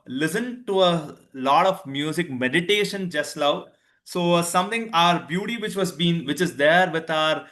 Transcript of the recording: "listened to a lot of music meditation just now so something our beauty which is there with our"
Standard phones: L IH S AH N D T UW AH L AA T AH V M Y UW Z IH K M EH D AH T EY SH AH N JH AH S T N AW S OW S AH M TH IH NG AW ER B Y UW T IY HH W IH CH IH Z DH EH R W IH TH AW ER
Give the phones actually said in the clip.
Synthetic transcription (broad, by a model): L IH S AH N T UW AH L AA T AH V M Y UW Z IH K M EH D AH T EY SH AH N JH AH S T L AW S OW S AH M T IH NG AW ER B Y UW T IY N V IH CH IH Z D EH R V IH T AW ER